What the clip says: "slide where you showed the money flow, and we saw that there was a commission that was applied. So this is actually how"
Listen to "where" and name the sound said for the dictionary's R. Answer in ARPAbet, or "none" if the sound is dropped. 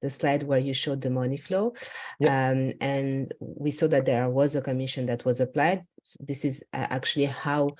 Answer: R